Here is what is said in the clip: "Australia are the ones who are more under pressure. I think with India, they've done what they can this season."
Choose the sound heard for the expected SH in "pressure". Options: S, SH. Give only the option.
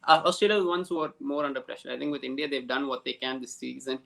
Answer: SH